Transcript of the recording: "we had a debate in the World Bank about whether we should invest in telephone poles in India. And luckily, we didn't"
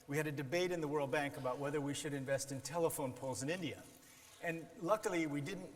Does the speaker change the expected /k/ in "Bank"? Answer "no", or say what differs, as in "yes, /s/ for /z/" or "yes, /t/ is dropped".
no